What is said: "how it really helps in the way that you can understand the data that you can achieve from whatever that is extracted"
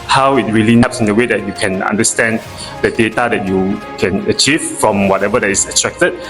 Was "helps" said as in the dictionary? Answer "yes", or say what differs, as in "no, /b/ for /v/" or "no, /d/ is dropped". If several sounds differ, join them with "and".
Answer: no, /l/ is dropped